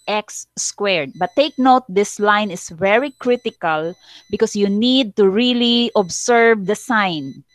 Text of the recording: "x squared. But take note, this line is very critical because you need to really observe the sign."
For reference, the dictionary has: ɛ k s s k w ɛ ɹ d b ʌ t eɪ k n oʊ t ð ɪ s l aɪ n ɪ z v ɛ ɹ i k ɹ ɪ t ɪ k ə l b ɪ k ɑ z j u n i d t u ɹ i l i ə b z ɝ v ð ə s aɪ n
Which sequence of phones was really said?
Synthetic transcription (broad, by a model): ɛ k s s k w ɛ ɹ d b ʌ t eɪ k n oʊ t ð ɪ s l aɪ n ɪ s v ɛ ɹ i k ɹ ɪ t ɪ k ə l b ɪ k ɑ s j u n i d t u ɹ i l i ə b s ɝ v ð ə s aɪ n